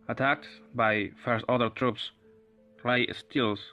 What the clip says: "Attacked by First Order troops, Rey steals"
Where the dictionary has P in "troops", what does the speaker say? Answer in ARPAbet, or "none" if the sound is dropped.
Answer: P